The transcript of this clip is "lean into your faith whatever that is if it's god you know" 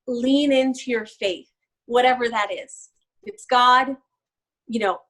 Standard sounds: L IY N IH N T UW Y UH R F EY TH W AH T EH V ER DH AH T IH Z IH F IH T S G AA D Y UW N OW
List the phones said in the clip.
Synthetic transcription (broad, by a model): L IY N IH N T UW Y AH R F EY TH W AH T EH V ER DH AH T IH Z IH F IH T S G AA D Y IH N OW